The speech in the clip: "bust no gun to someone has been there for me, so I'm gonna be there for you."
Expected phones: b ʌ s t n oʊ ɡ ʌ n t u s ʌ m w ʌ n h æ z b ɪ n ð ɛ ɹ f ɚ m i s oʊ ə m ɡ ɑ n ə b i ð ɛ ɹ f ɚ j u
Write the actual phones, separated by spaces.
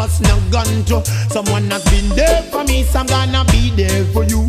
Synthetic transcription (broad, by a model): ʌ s n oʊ ɡ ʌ n t u s ʌ m w ʌ n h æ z b ɪ n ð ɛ f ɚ m i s ə m ɡ ɑ n ə b i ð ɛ f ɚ j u